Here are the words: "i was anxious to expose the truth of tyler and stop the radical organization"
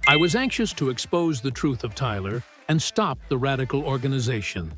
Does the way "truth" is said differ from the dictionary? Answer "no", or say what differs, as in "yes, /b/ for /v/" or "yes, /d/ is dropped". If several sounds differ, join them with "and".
no